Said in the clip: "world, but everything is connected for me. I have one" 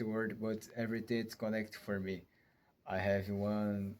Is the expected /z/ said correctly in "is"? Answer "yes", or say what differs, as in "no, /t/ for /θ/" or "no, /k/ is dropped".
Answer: no, /s/ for /z/